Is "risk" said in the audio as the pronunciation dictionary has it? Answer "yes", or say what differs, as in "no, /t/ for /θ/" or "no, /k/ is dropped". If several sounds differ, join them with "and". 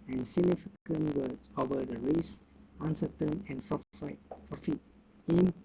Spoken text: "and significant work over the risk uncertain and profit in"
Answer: no, /k/ is dropped